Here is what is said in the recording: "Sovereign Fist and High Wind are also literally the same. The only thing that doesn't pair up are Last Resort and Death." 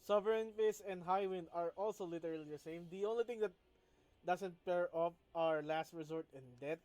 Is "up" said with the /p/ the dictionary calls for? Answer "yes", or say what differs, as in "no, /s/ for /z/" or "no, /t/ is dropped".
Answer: no, /f/ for /p/